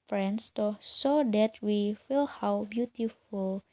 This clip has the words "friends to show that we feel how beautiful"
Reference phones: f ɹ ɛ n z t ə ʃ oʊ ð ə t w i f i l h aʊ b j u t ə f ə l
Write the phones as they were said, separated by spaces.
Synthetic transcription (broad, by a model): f ɹ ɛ n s t ə s oʊ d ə t w i f i l h aʊ b j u t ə f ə l